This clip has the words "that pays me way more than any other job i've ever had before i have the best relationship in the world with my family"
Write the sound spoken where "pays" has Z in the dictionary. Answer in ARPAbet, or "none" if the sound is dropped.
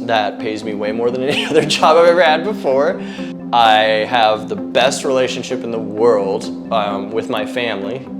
Z